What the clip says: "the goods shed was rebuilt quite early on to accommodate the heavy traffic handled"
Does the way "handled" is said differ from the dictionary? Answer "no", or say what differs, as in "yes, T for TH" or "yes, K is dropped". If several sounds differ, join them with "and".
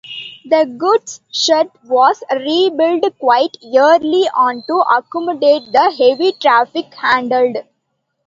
no